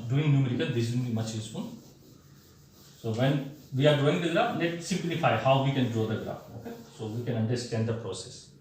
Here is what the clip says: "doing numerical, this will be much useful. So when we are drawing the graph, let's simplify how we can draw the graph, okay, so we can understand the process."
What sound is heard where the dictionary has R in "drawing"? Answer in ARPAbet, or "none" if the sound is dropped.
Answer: none